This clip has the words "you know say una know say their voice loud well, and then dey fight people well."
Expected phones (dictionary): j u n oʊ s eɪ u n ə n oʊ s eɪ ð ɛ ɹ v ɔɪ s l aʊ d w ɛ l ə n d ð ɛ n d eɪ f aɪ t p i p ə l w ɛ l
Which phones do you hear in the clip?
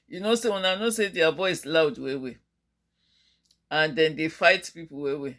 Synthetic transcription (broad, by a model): j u n oʊ s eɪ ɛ n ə n oʊ s eɪ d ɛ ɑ v ɔɪ s l aʊ d w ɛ w ə n d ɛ n d eɪ f aɪ t p i p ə w w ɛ